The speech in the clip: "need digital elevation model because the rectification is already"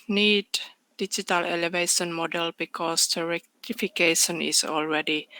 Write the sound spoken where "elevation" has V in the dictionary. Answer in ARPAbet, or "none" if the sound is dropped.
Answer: V